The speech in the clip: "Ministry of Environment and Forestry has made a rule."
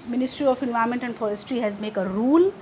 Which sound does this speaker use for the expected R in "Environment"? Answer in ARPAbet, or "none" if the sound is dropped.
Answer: none